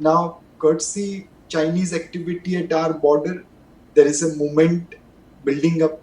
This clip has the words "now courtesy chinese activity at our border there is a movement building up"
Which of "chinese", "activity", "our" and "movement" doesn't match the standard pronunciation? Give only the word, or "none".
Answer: movement